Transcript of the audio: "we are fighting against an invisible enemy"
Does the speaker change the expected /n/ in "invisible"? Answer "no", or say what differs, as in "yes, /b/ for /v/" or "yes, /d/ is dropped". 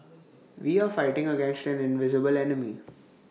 no